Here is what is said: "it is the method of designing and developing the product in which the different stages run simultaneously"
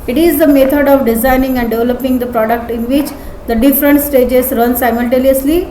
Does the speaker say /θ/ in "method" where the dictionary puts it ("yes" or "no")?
no